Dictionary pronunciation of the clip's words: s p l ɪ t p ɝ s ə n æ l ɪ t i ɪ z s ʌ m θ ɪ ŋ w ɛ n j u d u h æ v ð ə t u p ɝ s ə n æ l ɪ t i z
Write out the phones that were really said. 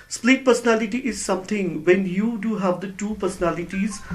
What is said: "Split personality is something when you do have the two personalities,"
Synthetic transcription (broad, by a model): s p l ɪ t p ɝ s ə n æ l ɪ t i ɪ z s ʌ m t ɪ ŋ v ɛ n j u d u h æ v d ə t u p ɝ s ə n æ l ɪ t i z